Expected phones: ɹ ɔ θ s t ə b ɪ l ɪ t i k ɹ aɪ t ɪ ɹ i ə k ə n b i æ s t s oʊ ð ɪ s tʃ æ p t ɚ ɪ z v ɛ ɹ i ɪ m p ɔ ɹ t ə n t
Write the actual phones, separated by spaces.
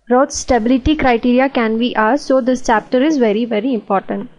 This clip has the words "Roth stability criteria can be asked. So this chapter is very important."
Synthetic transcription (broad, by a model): ɹ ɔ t s t ə b ɪ l ɪ t i k ɹ aɪ t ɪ ɹ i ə k ə n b i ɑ t s oʊ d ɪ s tʃ æ p t ɚ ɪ z v ɛ ɹ i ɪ m p ɔ ɹ t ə n t